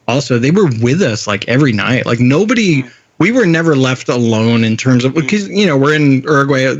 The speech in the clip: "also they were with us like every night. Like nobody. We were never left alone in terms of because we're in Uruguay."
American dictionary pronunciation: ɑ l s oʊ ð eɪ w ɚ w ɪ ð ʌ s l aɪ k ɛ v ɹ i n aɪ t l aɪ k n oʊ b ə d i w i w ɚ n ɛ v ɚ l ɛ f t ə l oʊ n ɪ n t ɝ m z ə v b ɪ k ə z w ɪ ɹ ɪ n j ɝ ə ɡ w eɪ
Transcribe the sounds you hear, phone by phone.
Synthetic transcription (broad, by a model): ɑ l s oʊ ð eɪ w ɚ w ɪ ð ʌ s l aɪ k ɛ v ɹ i n aɪ t l aɪ k n oʊ b ə d i w i w ɚ n ɛ v ɚ l ɛ f t ə l oʊ n ɪ n t ɝ m z ə v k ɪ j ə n w ɪ ɹ ɪ n ɝ ɡ w eɪ